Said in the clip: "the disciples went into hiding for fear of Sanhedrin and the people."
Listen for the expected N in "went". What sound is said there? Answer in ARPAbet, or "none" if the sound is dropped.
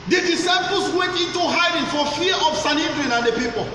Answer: none